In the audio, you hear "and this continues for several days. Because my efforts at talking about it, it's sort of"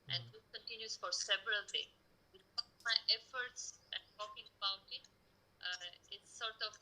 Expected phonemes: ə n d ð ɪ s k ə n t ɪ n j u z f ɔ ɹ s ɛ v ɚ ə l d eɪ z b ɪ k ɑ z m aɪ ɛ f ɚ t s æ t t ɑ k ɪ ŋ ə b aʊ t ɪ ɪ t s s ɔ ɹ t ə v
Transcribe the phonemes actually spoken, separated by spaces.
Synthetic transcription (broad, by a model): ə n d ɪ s k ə n t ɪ n j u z f ɔ ɹ s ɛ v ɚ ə l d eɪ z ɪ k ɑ m aɪ ɛ f ɚ t s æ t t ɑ k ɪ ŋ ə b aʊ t ɪ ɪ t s s ɔ ɹ t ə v